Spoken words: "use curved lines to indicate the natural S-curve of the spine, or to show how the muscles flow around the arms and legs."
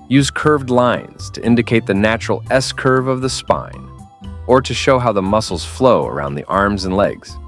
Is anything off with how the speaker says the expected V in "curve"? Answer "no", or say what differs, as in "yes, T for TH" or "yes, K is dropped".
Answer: no